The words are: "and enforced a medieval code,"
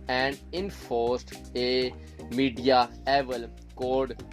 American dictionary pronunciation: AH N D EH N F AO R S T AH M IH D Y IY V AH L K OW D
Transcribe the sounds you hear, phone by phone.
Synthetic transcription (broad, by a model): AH N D EH N F AO R S T AH M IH D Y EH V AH L K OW D